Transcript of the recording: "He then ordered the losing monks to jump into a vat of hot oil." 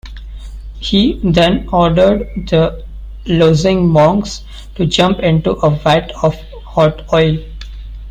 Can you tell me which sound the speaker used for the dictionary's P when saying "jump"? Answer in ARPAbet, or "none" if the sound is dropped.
P